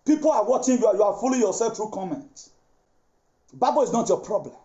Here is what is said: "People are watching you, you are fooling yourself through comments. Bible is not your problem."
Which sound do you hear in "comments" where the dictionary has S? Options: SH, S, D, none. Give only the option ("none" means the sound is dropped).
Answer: none